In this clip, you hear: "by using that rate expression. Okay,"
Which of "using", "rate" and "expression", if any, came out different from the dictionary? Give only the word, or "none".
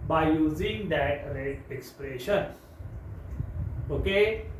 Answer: rate